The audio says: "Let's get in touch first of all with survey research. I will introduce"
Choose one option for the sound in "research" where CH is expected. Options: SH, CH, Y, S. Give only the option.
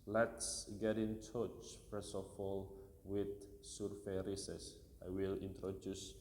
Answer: S